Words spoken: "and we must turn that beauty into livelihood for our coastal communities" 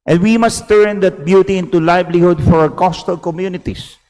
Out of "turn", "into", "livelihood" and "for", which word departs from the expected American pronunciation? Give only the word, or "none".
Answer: livelihood